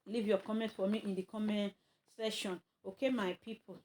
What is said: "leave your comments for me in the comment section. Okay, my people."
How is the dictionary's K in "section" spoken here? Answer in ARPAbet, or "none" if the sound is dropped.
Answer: none